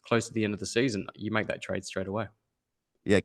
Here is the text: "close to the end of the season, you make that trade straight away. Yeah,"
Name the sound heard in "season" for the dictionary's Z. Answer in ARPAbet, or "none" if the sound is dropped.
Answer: Z